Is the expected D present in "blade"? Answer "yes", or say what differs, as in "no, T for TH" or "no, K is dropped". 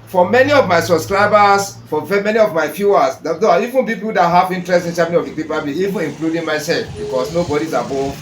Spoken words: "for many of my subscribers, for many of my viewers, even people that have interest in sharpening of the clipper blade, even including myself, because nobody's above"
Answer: no, D is dropped